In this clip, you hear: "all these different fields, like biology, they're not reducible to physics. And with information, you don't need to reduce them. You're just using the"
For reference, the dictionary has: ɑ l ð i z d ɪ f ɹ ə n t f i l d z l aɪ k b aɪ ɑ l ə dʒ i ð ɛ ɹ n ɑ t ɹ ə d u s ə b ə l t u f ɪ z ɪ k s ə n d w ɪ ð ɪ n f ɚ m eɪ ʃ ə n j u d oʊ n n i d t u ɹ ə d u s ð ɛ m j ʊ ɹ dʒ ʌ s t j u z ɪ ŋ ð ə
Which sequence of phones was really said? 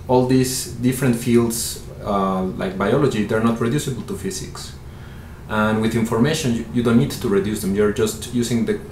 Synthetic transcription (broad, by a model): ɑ l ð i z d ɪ f ɹ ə n t f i l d s l aɪ k b aɪ ɑ l ə dʒ i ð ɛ ɹ n ɑ t ɹ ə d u s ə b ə l t u f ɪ s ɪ k s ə n w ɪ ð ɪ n f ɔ m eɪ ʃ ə n j u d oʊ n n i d t u ɹ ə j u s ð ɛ m j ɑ ɹ dʒ ʌ s t j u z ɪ ŋ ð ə